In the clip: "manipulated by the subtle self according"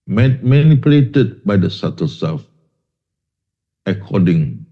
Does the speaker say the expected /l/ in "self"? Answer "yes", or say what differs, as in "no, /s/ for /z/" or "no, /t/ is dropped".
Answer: no, /l/ is dropped